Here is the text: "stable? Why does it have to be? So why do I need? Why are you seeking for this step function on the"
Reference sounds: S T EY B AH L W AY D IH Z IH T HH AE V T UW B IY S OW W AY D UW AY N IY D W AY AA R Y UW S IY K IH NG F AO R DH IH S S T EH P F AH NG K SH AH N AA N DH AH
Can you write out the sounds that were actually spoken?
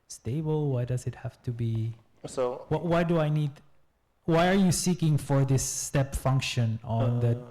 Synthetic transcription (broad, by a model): S T EY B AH L W AY D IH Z IH T HH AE F T UW B IY S OW W AY D UW AY N IY D W AY AA R Y UW S IY K IH NG F AO R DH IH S S T EH P F AH NG K SH AH N AA N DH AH